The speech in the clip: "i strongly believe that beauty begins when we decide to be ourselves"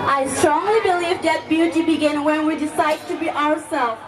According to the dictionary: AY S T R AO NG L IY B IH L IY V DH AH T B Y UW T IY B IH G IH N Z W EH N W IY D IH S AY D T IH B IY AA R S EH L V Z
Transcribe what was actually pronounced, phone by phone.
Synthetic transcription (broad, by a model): AY S T R AO NG L IY B IH L IY V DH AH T B Y UW T IY B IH G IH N W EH N W IY D IH S AY D T IH B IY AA R S EH L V